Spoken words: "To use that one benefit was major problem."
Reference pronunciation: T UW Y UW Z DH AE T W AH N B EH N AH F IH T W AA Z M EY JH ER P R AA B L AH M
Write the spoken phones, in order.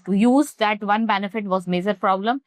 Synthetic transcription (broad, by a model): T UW Y UW Z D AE T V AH N B EH N AH F IH T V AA Z M EY JH ER P R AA B L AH M